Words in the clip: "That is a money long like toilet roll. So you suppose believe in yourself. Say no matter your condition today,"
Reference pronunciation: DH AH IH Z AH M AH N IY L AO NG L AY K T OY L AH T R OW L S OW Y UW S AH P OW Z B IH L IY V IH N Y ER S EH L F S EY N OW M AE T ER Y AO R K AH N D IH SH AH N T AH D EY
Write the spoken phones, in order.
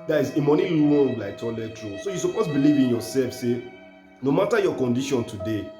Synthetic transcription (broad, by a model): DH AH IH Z AH M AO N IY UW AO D L AY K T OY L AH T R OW S OW Y UW S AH P OW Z B IH L IY V IH N Y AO S EH L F S EY N OW M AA T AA Y AO K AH N D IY SH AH N T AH D EY